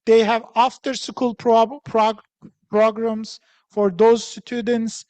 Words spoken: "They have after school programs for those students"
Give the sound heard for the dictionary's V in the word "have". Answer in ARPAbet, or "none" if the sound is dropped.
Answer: V